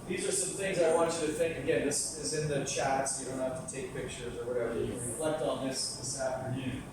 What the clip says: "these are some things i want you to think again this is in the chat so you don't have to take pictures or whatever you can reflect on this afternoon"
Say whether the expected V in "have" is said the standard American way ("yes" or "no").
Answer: no